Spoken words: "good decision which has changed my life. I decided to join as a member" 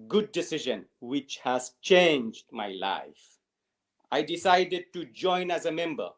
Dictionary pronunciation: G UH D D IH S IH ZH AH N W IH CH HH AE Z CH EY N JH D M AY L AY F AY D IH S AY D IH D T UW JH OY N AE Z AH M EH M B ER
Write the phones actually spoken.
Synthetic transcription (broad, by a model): G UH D D IH S IH ZH AH N W IH CH HH AE Z CH EY N JH D M AY L AY F AY D IH S AY D IH D T UW JH OY N AE Z AH M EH M B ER